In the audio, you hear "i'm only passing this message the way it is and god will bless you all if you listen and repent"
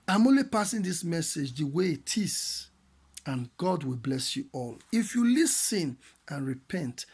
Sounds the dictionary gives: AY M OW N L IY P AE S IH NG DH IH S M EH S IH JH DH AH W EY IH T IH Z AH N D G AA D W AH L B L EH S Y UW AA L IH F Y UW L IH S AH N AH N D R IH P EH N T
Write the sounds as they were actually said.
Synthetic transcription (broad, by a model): AY M OW N L IY P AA S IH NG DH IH S M EH S IH JH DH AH W EY T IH S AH N G AA D W AH L B L EH S Y UW AA L IH F Y UW L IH S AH N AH N R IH P EH N T